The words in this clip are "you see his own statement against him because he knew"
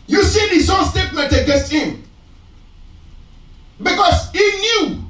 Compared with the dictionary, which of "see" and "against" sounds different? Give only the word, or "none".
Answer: against